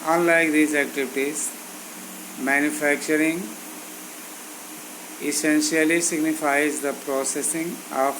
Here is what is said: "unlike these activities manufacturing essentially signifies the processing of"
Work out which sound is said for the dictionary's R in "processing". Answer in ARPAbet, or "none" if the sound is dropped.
R